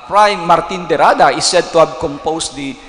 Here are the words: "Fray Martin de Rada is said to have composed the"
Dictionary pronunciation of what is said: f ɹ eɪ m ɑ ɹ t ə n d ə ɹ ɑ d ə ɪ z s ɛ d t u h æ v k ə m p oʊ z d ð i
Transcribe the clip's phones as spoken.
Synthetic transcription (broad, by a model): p ɹ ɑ m ɑ ɹ t ə n d ə ɹ ɑ d ə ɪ s ɛ d t u h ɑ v k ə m p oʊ s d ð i